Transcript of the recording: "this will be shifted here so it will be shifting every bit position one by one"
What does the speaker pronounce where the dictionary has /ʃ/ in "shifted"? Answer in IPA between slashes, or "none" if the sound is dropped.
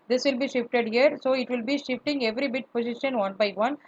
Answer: /ʃ/